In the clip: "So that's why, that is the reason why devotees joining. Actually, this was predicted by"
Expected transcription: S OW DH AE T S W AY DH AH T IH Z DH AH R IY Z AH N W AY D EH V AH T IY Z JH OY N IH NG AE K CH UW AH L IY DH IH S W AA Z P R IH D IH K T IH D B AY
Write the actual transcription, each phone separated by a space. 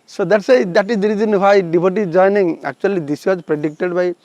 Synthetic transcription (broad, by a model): S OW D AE T S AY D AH T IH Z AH R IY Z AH N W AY D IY B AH T IY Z JH OY N IH NG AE K CH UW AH L IY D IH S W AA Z P R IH D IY K T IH D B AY